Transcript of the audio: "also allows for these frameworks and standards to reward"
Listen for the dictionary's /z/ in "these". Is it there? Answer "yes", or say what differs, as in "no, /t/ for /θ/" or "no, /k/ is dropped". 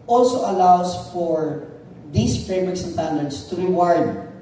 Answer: no, /s/ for /z/